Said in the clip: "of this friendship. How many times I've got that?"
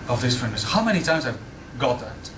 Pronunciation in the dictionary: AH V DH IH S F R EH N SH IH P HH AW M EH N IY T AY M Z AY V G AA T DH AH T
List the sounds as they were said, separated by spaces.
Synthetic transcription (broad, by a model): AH V DH IH S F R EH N IH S HH AW M EH N IY T AY M Z AY V G AA T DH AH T